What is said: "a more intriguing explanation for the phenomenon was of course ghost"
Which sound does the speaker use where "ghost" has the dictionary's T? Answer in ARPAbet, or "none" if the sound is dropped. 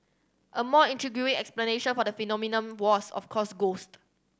T